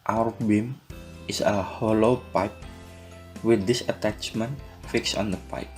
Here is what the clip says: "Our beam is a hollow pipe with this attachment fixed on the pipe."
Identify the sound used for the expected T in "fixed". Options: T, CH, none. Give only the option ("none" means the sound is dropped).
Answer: none